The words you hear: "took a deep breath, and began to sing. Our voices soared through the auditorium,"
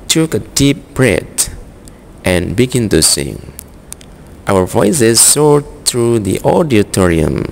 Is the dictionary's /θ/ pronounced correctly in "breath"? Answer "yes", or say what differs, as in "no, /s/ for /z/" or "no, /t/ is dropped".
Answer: no, /t/ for /θ/